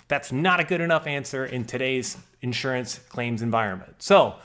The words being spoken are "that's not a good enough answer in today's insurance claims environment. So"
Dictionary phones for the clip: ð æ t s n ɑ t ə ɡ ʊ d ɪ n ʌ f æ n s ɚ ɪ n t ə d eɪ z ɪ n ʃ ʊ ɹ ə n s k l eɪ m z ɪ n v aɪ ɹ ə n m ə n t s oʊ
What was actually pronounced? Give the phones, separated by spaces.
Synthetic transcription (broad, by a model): ð æ t s n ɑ t ə ɡ ʊ d ɪ n ʌ f æ n s ɚ ɪ n t ə d eɪ z ɪ n ʃ ʊ ɹ ə n s k l eɪ m z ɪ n v aɪ ɹ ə n m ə n t s oʊ